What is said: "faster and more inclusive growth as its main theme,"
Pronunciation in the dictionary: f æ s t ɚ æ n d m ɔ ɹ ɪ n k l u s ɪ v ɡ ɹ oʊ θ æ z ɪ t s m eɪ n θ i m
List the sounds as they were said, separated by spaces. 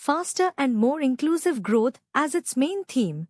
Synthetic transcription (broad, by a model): f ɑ s t ɚ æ n d m ɔ ɹ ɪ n k l u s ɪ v ɡ ɹ oʊ t æ z ɪ t s m eɪ n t i m